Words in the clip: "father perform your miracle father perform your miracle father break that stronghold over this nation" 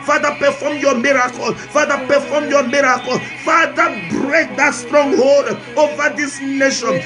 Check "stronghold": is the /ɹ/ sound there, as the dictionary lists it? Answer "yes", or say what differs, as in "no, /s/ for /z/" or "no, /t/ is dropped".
yes